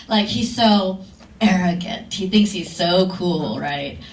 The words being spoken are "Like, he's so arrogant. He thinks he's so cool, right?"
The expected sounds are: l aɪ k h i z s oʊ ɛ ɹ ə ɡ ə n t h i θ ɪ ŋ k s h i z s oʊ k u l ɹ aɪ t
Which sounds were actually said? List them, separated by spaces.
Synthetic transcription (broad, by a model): l aɪ k h i z s oʊ ɛ ɹ ə ɡ ə n t h i θ ɪ ŋ k s h i z s oʊ k u l ɹ aɪ t